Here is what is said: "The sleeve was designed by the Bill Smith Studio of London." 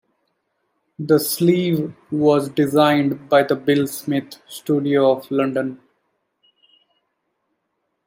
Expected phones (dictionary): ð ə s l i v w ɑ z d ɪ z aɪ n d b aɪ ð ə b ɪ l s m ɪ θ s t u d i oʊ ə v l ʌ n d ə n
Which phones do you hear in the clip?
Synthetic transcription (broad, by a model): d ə s l i v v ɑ z d ɪ z aɪ n d b aɪ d ə b ɪ l s m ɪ t s t u d i oʊ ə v l ʌ n d ə n